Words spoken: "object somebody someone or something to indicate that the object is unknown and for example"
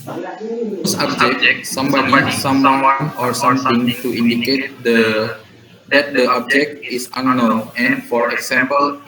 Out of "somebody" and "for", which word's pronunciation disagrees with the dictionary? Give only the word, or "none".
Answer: none